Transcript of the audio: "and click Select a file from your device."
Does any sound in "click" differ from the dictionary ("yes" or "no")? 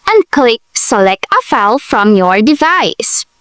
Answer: no